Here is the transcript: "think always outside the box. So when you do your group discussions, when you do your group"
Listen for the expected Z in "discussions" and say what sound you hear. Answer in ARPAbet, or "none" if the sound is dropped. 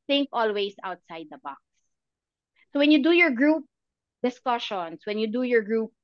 S